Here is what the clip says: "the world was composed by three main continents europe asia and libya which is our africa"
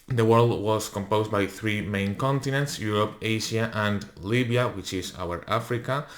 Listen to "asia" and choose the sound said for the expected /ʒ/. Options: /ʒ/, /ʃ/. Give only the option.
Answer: /ʃ/